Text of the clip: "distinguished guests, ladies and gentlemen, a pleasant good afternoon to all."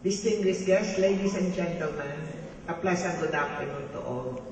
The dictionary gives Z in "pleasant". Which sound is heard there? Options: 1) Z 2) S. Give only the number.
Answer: 2